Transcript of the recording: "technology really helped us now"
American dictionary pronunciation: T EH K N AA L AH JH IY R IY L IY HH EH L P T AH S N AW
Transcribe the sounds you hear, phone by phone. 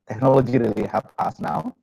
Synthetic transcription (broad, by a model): T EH K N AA L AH JH IY R IY L IY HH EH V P AA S N AW